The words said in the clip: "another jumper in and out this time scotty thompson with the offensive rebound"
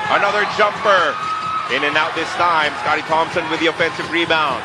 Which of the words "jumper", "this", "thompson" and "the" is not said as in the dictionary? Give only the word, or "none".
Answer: none